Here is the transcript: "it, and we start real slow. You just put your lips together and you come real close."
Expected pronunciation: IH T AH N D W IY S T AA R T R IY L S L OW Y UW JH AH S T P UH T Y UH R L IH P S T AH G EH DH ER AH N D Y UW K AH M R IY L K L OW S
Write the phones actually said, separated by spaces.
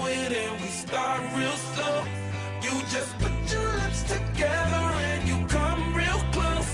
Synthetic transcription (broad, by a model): IH T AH N W IY S T AA R T R IY L S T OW Y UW JH AH S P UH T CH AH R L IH S T AH G EH DH ER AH N Y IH K AH M R IY L K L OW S